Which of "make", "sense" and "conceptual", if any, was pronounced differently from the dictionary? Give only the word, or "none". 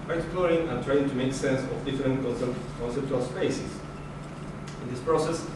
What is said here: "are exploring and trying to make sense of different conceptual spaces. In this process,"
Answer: none